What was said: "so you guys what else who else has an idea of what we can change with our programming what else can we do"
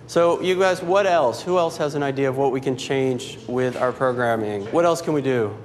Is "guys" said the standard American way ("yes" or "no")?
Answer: yes